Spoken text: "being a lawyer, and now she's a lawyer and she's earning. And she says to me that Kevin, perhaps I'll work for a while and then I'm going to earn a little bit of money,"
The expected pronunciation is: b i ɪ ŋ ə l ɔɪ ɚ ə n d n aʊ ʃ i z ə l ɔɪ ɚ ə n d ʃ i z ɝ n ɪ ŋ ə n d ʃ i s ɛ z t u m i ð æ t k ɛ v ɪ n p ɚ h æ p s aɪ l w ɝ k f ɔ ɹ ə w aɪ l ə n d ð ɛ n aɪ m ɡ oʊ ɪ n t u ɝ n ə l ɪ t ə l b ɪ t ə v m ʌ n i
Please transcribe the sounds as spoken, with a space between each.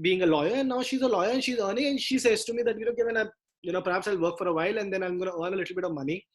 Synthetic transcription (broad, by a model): b i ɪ ŋ ə l ɔɪ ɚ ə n n aʊ ʃ i z ə l ɔɪ ɚ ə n ʃ i z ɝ n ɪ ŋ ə n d ʃ i s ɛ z t u m i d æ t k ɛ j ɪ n p ɚ h æ p s aɪ l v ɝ k f ɔ ɹ ə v aɪ l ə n d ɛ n aɪ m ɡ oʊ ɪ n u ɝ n ə l ɪ t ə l b ɪ t ə v m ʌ n i